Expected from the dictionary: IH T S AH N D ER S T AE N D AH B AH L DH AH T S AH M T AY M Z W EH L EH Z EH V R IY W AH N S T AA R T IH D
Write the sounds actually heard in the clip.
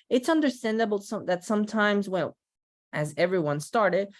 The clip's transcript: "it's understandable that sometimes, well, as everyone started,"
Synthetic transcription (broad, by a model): IH T S AH N D ER S T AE N D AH B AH DH AH T S AH M T AY M Z W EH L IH Z EH V R IY W AH N S T AA R T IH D